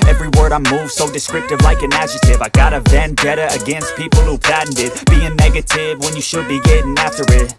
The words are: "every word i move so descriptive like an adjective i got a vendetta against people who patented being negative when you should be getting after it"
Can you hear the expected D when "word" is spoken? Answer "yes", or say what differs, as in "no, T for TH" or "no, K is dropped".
yes